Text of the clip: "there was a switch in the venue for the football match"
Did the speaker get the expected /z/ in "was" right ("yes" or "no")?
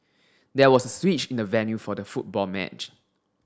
no